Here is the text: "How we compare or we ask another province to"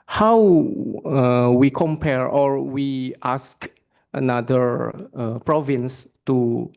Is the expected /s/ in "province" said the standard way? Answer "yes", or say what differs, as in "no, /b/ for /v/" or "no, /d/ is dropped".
yes